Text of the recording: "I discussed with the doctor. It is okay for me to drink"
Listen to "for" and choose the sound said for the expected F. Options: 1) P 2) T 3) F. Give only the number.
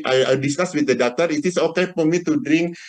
1